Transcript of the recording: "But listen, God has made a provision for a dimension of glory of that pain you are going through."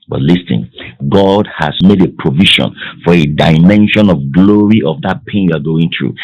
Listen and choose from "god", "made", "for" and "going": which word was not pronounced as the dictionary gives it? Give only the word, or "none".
none